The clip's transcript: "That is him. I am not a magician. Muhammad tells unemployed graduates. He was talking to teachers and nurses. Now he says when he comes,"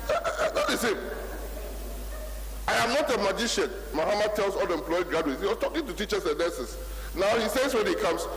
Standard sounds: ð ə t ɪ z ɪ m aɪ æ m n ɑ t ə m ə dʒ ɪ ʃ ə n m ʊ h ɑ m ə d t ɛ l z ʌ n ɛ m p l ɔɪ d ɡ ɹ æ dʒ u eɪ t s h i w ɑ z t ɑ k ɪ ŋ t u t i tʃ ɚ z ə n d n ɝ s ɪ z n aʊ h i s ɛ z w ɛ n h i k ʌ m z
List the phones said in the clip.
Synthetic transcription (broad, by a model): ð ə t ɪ s ɪ m aɪ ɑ m n ɑ t ə m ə dʒ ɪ ʃ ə n m ʊ h ɑ m ə d t ɛ l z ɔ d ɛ m p l ɔɪ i ɡ ɹ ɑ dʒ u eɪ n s h i w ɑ s t ɑ k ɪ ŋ t u t i tʃ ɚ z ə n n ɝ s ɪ s n aʊ h i s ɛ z w ɛ n h i k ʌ m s